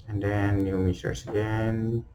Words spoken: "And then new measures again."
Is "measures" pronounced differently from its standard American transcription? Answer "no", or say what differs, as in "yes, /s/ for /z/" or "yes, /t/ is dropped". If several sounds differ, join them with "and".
yes, /s/ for /ʒ/ and /s/ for /z/